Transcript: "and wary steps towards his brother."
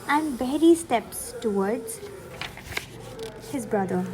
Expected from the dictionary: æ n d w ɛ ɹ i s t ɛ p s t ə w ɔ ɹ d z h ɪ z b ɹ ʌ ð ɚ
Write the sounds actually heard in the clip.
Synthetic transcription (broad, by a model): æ n d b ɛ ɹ i s t ɛ p s t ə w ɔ ɹ d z h ɪ z b ɹ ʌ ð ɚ